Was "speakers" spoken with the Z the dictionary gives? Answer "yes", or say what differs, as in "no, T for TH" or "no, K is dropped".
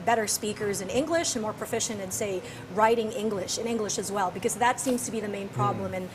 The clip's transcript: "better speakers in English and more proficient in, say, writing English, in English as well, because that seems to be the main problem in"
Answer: yes